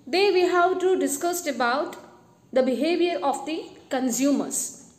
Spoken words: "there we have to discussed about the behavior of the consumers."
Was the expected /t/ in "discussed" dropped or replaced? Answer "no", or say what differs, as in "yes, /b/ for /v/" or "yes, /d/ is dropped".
no